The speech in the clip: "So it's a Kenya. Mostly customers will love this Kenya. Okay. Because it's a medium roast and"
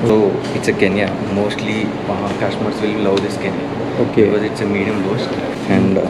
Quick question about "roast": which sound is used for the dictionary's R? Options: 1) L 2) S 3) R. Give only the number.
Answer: 1